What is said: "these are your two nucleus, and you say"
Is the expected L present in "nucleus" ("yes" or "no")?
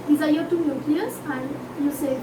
no